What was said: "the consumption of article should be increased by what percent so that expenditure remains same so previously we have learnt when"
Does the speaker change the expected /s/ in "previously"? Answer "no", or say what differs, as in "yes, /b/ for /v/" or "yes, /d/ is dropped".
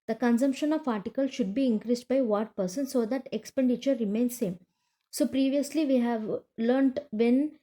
no